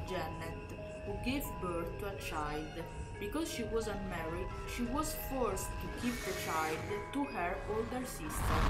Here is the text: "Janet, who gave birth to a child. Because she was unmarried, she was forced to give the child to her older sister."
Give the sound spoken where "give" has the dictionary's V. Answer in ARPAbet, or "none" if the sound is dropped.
P